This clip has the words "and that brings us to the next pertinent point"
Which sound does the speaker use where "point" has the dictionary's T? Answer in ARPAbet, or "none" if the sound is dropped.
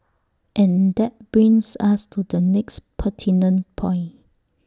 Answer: none